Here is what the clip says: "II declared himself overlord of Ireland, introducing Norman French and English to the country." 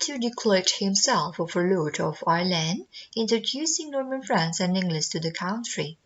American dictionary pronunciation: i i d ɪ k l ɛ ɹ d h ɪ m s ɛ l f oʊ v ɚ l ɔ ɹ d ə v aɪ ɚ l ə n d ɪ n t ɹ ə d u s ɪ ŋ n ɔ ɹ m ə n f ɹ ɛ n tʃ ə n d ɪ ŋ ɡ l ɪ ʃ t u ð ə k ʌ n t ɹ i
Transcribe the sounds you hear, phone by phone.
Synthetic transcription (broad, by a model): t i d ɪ k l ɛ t h ɪ m s ɛ l f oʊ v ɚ l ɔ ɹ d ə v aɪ l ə n d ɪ n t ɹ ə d u s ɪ ŋ n ɔ ɹ m ə n f ɹ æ n s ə n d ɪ ŋ ɡ l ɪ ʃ t u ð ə k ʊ n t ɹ i